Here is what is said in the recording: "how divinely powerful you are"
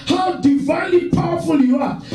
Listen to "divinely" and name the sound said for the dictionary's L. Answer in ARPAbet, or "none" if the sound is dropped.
L